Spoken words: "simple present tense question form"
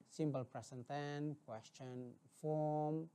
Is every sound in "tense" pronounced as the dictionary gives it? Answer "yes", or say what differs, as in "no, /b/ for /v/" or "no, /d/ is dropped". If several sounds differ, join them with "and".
no, /s/ is dropped